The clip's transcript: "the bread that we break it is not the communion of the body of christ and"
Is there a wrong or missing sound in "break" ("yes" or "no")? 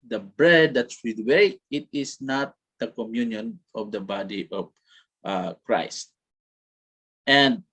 yes